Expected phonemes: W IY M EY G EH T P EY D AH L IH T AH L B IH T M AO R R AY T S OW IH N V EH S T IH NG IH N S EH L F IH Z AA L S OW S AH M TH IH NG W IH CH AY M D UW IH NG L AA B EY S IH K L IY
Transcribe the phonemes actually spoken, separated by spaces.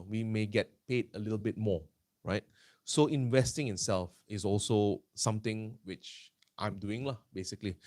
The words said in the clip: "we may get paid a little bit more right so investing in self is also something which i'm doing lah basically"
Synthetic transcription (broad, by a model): W IY M EY G EH T P EY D AH L IH T AH L B IH T M AO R R AY T S OW IH N V EH S T IH NG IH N S EH L F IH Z AA L S OW S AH M T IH NG W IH CH AY M D UW IH NG L AA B EY S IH K L IY